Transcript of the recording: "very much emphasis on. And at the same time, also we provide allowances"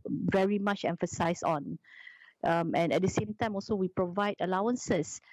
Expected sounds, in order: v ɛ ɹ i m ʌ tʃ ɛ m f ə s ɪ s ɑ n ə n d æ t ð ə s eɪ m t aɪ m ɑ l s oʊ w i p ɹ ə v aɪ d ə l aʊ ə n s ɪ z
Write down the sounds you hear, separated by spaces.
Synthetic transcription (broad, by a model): v ɛ ɹ i m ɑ tʃ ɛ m f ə s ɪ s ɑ n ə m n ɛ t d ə s eɪ m t aɪ m ɑ l s oʊ w i p ɹ ə v aɪ d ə l aʊ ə n s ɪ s